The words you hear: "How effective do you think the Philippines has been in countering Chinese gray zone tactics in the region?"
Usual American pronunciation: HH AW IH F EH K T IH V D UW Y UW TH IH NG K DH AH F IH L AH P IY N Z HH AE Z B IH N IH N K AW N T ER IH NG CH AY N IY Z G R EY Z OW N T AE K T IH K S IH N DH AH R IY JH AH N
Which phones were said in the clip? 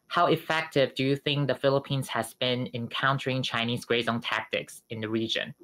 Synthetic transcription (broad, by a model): HH AW IH F EH K T IH V D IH Y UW TH IH NG K DH AH F IH L AH P IY N Z HH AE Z B IH N IH N K AW N T ER IH NG CH AY N IY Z G R EY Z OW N T AE K T IH K S IH N DH AH R IY JH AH N